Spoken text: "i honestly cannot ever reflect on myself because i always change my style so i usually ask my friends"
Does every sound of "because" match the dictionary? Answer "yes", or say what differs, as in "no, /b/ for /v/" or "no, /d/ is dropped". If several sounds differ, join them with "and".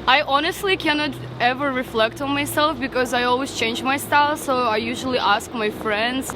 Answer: yes